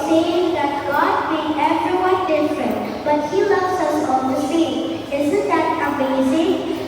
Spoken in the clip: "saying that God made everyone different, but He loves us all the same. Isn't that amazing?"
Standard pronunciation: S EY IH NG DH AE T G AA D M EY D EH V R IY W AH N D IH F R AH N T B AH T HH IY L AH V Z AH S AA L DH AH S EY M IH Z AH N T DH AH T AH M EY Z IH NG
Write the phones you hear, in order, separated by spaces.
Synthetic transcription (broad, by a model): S EY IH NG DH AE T G AA D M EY EH V R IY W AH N D IH F R AH N T B AH T HH IY L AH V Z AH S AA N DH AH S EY IH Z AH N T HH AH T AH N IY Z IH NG